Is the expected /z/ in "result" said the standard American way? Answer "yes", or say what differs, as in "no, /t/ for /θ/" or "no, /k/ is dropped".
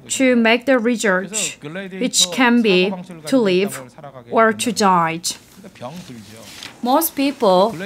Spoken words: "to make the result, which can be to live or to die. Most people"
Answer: no, /s/ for /z/